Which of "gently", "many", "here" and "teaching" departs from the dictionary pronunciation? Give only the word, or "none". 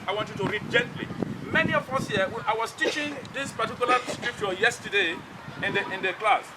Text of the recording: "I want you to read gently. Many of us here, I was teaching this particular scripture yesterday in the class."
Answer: here